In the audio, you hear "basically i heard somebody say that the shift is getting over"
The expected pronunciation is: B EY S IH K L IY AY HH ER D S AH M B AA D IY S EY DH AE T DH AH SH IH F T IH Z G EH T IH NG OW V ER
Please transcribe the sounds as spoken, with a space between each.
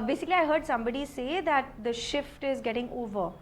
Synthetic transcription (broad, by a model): B EY S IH K L IY AY HH ER D S AH M B AA D IY S EY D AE T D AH SH IH F T IH Z G EH T IH NG OW V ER